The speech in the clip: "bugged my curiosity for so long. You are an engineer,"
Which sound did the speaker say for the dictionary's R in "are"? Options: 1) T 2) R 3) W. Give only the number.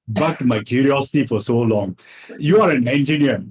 2